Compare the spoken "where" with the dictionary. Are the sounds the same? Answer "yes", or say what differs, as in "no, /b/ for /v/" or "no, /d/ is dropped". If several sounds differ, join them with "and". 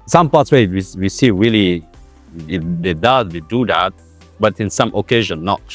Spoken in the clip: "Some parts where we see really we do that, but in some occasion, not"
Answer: no, /w/ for /ɹ/